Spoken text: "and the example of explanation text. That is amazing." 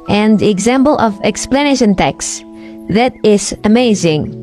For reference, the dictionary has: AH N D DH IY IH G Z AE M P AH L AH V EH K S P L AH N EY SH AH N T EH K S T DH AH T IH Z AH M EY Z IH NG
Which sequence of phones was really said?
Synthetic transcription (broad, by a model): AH N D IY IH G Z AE M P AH L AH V EH K S P L AH N EY SH AH N T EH K S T DH AH T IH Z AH M EY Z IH NG